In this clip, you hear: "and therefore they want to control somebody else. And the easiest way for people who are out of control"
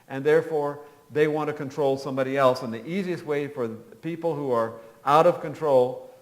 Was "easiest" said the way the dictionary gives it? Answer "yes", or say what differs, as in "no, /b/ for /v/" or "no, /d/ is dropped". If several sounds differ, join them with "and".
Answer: yes